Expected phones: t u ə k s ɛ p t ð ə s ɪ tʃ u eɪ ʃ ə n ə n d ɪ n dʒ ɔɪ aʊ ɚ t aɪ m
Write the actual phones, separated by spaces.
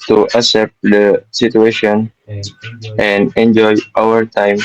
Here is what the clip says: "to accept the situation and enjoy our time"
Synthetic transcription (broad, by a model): t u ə s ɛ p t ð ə s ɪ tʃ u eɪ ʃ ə n ə n d ɪ n dʒ ɔɪ aʊ ɚ t aɪ m